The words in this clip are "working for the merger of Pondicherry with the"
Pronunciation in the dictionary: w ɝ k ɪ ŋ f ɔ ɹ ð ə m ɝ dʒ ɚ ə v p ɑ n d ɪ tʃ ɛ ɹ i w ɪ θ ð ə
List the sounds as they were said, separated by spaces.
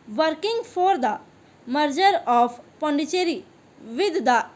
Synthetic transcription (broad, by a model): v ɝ k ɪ ŋ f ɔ ɹ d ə m ɝ dʒ ɚ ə p p ɑ n d ɪ tʃ ɛ ɹ i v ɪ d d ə